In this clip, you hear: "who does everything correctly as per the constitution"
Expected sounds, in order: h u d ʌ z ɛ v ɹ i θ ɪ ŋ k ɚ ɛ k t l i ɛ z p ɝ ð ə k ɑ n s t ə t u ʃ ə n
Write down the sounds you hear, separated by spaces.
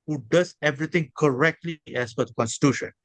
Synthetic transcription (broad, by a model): h u d ʌ z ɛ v ɹ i t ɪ ŋ k ɚ ɛ k t l i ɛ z f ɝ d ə k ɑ n s t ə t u ʃ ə n